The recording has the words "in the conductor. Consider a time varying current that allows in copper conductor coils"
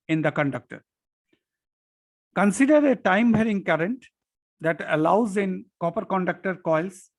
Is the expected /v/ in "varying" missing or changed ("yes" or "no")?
yes